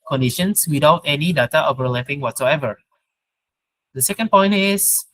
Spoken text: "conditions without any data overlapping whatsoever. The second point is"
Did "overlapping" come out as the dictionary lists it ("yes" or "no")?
no